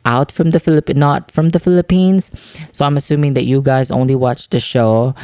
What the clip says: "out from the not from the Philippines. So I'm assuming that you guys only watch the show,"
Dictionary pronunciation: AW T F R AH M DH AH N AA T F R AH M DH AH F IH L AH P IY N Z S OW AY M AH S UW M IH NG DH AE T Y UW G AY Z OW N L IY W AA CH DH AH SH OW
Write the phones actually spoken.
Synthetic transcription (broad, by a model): AW T F R AH M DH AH N AA T F R AH M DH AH F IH L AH P IY N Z S OW AY M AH S UW M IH NG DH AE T Y UW G AY Z OW N L IY W AA CH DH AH SH OW